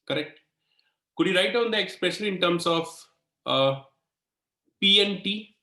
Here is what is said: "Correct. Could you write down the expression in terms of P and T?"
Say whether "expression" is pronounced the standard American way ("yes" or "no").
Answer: no